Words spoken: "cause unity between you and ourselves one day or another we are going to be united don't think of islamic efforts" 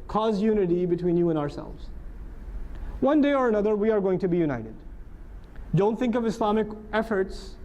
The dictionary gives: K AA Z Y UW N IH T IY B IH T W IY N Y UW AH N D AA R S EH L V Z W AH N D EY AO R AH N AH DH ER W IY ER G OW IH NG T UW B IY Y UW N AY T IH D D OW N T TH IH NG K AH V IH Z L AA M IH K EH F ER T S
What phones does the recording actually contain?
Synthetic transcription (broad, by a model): K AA Z Y UW N IH T IY B IH T W IY N Y UW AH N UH AA R S EH L V Z W AH N D EY AO R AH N AH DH ER W IY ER G OW IH NG T UW B IY Y UW N AY T IH D D OW N T TH IH NG K AH V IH S L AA M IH K EH F ER T S